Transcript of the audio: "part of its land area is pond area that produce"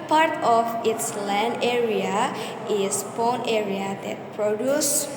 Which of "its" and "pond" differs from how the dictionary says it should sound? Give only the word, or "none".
pond